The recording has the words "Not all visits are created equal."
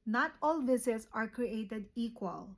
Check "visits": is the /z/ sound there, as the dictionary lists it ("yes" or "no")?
no